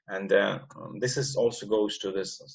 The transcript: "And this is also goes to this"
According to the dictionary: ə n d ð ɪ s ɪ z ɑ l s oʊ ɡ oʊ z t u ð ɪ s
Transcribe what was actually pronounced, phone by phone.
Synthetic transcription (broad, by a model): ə n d ð ɪ s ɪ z ɑ l s oʊ ɡ oʊ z t u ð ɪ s